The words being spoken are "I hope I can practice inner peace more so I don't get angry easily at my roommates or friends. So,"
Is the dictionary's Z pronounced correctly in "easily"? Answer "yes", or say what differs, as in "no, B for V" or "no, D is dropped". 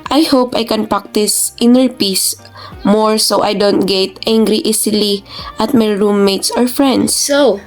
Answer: no, S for Z